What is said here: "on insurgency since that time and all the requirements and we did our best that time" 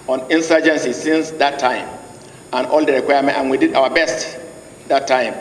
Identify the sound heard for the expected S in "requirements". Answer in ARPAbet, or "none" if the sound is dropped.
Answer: none